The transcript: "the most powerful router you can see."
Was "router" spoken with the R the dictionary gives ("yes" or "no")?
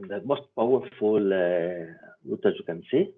no